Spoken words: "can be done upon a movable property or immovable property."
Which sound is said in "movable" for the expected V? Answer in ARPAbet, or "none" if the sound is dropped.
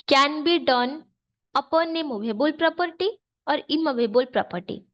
B